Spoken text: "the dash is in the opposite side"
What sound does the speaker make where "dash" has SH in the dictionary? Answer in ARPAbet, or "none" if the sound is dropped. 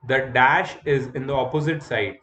SH